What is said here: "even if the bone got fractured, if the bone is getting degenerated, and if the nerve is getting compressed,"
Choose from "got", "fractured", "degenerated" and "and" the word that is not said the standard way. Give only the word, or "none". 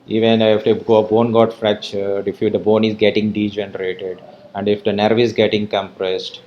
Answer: fractured